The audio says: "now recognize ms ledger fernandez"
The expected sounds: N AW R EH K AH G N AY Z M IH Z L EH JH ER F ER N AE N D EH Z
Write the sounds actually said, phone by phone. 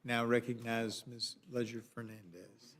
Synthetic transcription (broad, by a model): N AW R EH K AH G N AY Z M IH S L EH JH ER F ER N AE N D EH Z